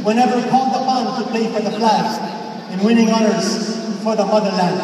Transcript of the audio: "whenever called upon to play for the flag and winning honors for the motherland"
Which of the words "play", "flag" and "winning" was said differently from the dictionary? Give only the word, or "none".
flag